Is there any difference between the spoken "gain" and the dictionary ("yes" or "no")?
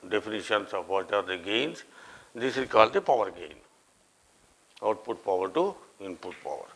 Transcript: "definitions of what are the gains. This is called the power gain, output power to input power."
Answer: no